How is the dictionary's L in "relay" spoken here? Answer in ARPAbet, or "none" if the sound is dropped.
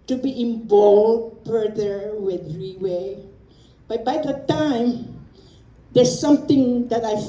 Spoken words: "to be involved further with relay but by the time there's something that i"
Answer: W